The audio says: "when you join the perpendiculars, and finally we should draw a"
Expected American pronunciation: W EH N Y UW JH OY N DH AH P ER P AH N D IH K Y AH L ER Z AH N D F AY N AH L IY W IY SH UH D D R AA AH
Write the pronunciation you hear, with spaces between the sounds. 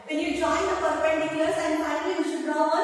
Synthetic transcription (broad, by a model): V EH N Y UW JH OY N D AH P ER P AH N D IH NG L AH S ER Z AH N D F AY AH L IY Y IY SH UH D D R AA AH